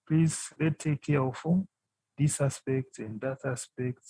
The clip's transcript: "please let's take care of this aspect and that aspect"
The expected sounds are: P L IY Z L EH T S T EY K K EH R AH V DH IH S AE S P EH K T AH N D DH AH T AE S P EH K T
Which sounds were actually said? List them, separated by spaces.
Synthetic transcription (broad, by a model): P L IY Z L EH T T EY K K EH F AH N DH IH S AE S P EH K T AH N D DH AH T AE S P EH K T